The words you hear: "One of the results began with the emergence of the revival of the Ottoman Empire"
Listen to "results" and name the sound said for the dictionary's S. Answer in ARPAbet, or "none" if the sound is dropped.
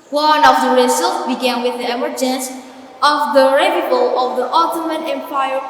none